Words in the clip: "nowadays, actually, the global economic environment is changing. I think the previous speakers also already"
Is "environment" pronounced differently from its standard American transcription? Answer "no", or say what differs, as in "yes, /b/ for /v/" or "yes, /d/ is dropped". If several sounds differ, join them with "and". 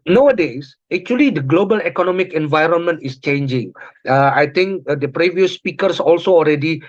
no